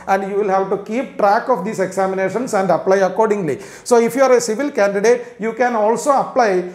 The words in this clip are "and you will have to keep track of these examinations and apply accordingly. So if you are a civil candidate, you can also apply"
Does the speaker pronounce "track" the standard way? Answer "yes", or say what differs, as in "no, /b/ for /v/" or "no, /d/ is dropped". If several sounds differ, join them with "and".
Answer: yes